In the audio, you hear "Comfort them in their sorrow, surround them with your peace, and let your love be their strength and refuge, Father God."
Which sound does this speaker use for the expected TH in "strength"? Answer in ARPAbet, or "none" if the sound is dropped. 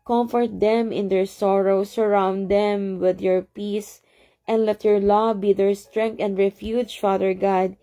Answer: T